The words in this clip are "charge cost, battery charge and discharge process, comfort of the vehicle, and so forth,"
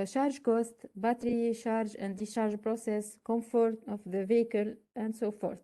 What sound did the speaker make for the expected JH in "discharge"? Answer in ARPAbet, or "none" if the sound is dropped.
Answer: ZH